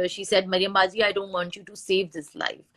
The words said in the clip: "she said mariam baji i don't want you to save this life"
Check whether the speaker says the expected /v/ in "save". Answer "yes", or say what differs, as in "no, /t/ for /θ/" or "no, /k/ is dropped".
yes